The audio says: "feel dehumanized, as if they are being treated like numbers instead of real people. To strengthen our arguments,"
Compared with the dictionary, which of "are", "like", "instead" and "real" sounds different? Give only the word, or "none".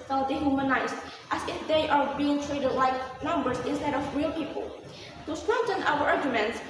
none